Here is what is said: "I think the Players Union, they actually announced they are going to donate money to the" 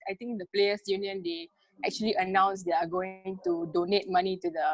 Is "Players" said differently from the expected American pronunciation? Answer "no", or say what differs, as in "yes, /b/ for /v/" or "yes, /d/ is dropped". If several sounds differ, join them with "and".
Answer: yes, /s/ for /z/